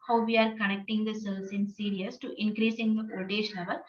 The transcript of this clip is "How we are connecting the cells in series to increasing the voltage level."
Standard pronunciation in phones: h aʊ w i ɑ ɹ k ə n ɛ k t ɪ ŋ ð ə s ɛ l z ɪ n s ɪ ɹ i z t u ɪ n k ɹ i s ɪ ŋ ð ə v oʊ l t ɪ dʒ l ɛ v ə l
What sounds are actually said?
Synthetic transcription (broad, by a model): h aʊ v i ɑ ɹ k ə n ɛ k t ɪ ŋ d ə s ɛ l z ɪ n s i ɹ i s t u ɪ n k ɹ i s ɪ ŋ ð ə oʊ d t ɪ ʃ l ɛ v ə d